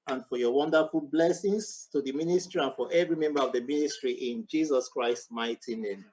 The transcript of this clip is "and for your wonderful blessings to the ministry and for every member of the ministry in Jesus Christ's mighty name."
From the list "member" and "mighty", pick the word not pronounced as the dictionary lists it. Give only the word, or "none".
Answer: none